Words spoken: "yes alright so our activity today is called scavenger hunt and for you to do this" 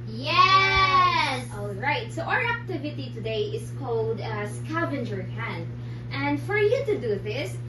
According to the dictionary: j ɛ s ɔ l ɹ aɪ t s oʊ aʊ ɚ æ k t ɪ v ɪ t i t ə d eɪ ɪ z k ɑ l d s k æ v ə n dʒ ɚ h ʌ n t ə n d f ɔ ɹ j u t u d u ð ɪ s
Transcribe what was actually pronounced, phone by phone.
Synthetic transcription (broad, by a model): j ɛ s ɔ l ɹ aɪ t s oʊ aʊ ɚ æ k t ɪ v ɪ t i t ə d eɪ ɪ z k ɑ l d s k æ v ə n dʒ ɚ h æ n t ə n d f ɔ ɹ j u t u d u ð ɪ s